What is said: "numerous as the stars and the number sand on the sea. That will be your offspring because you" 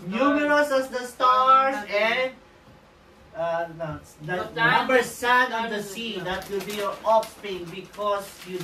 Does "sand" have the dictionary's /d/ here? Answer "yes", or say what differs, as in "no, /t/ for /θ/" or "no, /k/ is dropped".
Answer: no, /d/ is dropped